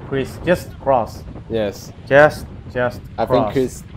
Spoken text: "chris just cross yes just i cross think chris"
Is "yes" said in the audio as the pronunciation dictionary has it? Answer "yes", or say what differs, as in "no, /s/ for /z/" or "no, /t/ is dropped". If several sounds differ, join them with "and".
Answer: yes